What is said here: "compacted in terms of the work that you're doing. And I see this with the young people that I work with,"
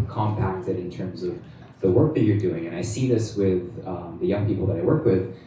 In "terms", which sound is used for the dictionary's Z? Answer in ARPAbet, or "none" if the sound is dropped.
Z